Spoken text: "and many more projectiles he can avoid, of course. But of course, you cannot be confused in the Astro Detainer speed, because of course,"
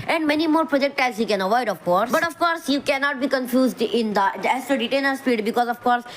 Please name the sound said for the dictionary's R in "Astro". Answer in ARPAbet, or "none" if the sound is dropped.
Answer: none